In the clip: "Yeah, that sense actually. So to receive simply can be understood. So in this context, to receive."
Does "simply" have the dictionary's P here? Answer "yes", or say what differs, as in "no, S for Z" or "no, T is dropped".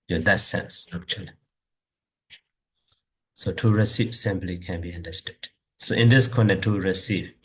no, B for P